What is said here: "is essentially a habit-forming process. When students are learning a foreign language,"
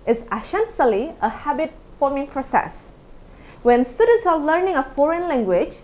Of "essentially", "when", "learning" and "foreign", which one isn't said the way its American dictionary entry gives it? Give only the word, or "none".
essentially